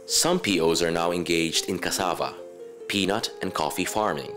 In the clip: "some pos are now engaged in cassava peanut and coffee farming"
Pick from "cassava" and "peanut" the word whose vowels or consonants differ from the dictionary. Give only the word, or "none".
none